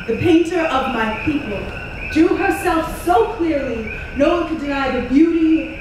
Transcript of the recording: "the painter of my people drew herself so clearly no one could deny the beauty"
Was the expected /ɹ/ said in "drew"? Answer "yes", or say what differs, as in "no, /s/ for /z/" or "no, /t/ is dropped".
no, /ɹ/ is dropped